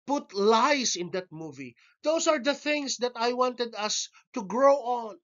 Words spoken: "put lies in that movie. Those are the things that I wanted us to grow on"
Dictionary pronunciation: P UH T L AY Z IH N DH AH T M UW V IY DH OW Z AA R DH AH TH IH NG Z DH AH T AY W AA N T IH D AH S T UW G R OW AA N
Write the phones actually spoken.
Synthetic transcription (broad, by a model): P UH T L AY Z IH N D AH T M UW V IY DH OW S AA R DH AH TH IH NG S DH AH T AY W AA N T IH D AH S T UW G R OW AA N